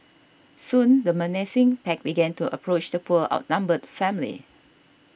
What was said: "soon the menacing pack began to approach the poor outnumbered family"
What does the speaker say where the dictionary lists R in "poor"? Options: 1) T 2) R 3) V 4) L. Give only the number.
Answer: 4